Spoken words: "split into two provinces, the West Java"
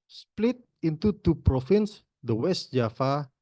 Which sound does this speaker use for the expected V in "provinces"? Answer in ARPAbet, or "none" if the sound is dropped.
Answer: F